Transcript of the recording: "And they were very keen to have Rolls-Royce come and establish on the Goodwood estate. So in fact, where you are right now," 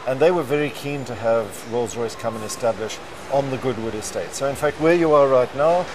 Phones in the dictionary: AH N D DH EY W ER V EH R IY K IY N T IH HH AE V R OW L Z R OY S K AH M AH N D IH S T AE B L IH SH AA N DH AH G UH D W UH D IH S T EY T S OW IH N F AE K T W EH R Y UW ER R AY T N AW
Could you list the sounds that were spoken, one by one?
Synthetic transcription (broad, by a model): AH N DH EY W ER V EH R IY K IY N T IH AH V R OW L Z R OY S K AH M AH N IH S T AE B L IH SH N DH AH G UH D W UH D IH S T EY T S OW IH N F AE K T W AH R Y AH ER R AY T N AW